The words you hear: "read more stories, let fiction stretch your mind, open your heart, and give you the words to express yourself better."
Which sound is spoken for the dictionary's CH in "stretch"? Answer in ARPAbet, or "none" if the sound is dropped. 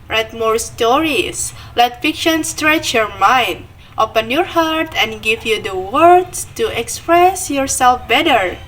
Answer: CH